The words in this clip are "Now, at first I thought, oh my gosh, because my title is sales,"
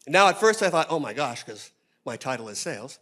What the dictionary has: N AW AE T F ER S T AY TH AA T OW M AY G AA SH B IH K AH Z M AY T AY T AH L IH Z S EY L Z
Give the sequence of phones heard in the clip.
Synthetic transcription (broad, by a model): N AW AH T F ER S T AY TH AA T OW M AY G AA SH K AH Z M AY T AY T L IH Z S EY L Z